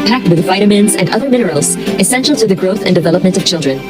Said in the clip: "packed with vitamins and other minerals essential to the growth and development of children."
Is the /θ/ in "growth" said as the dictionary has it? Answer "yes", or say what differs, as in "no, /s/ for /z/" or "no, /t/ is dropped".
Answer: yes